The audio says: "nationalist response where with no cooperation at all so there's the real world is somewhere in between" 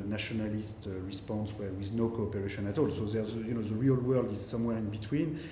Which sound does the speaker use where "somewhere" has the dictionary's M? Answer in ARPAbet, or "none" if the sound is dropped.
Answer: M